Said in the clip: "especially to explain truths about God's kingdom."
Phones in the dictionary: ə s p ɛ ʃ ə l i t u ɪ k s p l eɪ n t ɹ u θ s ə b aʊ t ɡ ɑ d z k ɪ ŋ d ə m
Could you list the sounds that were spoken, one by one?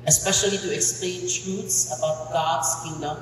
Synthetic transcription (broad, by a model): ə s p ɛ ʃ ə l i t u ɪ k s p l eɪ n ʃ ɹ u t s ə b aʊ t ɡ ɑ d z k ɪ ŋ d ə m